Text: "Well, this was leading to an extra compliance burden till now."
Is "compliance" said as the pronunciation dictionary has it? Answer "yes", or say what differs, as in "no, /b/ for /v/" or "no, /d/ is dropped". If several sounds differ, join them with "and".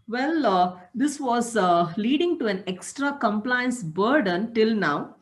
yes